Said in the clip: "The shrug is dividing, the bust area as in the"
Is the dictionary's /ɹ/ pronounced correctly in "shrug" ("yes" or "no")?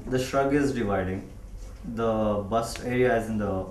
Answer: yes